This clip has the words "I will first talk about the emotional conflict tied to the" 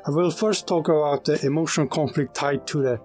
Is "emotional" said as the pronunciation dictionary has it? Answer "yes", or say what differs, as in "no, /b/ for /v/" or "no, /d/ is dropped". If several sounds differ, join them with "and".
no, /n/ is dropped and /n/ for /l/